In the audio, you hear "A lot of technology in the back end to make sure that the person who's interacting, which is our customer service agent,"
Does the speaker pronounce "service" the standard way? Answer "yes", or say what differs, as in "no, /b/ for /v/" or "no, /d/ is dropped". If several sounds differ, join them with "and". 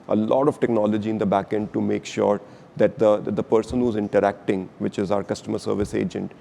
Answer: yes